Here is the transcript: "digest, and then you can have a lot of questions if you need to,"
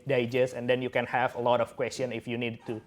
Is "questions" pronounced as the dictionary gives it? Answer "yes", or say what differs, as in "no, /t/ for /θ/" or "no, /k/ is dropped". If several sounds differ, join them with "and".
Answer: no, /z/ is dropped